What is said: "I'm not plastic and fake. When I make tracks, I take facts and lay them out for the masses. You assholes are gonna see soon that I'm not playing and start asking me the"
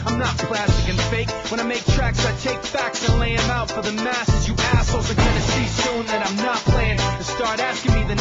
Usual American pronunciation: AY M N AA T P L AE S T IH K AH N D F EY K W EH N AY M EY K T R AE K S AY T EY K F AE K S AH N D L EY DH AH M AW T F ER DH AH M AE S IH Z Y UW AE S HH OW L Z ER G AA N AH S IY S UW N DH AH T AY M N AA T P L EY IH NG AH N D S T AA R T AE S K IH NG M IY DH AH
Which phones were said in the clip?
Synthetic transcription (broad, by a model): AY M N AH T P L AE S T IH K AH N F EY K W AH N AY M EY K T R AE K S AY T EY K F AE K S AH N L EY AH M AW T F ER DH AH M AE S IH Z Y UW AE S L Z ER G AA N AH S IY S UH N DH AH T AY M N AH T P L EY IH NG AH S T AA R T AE S K IH NG M IY DH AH